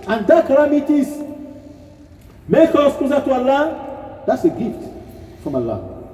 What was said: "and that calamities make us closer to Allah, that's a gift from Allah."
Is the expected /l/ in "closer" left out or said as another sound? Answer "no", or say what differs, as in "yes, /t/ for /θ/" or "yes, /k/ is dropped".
yes, /l/ is dropped